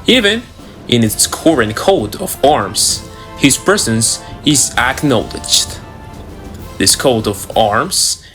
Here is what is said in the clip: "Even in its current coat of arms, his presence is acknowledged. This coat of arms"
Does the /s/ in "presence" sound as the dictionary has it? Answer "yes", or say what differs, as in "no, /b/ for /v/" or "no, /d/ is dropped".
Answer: yes